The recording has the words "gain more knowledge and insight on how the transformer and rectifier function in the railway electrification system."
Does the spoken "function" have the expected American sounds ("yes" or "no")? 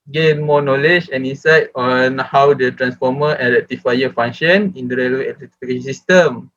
no